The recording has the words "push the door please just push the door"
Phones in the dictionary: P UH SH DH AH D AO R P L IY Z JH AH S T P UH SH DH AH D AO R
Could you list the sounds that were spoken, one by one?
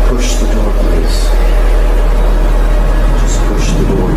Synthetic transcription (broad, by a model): P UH SH DH AH D AO R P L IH S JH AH S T P UH SH DH AH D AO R